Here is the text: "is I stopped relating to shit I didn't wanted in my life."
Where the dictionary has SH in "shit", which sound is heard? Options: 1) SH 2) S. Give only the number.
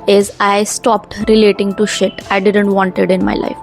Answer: 1